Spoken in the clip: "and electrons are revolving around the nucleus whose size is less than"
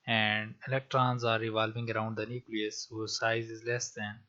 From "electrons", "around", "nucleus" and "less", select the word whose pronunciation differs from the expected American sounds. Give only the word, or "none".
none